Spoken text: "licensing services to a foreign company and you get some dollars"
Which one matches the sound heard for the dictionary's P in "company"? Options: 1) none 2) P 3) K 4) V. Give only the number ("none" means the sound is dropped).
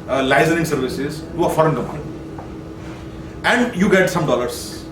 1